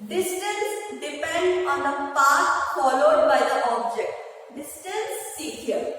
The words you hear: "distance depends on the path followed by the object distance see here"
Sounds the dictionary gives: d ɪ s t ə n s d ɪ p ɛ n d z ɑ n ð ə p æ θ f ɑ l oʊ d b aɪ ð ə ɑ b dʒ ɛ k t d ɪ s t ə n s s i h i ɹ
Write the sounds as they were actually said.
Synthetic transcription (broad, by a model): d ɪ s t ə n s d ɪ p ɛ n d ɑ n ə p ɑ t f ɑ l oʊ d b aɪ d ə ɑ b dʒ ɛ k t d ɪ s t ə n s s i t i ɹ